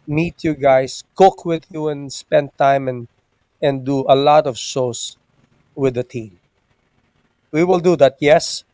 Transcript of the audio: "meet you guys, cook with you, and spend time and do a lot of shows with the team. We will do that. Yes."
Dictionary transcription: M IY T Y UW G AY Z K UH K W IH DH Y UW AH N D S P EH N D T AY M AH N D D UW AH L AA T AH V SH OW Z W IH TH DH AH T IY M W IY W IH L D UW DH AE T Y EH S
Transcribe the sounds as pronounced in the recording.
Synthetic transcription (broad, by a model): M IY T Y UW G AY S K UH K W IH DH Y UW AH N S P EH N D T AY M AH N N D UW AH L AA T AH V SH OW S W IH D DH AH T IY M W IY W IH L D UW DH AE T Y EH S